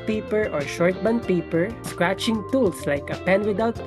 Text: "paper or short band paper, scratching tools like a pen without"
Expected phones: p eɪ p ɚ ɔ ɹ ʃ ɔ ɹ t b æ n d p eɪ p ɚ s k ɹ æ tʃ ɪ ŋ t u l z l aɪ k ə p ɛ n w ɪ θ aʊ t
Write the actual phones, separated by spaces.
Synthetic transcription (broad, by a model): p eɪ p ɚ ɔ ɹ ʃ ɔ ɹ t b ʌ n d p eɪ p ɚ s k ɹ æ tʃ ɪ ŋ t u l s l aɪ k ə p ɛ n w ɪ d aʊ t